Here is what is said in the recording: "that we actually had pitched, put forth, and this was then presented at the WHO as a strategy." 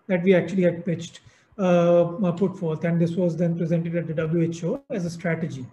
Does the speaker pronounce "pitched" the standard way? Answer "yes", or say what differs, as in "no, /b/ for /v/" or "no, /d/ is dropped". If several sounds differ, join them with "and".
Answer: yes